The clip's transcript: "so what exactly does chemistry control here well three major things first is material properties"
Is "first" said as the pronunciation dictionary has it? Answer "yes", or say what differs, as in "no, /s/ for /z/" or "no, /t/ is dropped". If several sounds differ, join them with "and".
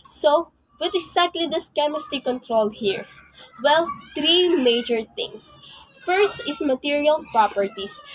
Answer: yes